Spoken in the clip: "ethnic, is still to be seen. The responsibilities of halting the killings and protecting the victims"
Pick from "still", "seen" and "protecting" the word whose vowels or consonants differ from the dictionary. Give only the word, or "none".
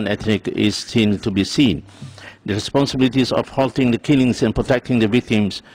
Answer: still